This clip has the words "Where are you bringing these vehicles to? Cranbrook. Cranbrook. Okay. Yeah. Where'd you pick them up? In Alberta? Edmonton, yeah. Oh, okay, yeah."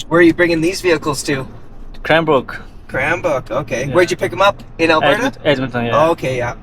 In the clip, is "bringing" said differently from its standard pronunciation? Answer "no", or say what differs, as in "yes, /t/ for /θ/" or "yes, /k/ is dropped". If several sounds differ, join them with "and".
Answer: no